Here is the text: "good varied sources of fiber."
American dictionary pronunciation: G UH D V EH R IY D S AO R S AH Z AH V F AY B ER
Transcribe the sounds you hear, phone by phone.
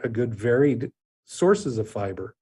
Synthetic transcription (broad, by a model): G UH D V EH R IY D S AO R S AH Z AH V F AY B ER